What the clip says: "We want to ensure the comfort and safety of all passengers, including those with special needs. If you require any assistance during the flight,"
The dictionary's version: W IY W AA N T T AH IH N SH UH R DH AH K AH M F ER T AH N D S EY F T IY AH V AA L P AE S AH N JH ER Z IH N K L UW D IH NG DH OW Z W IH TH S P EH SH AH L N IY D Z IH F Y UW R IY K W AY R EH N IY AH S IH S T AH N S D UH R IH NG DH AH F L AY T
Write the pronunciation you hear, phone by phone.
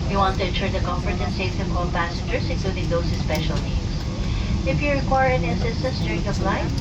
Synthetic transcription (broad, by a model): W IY W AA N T T AH IH N SH UH R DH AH K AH M F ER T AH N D S EY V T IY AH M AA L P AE S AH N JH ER S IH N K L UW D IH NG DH OW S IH S P EH SH AH L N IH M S IH F Y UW R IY K W AY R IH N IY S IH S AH S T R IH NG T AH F L AY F